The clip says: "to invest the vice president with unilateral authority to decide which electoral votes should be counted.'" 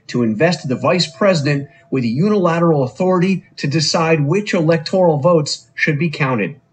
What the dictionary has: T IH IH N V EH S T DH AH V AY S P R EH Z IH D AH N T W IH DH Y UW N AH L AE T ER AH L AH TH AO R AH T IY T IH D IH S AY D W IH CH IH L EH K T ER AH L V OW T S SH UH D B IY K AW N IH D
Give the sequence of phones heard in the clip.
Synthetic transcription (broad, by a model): T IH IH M V EH S T DH AH V AY S P R EH Z IH D AH N T W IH DH Y UW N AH L AE T ER L AH TH AO R AH T IY T IH D IH S AY D W IH CH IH L EH K T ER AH L V OW T S SH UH D B IY K AW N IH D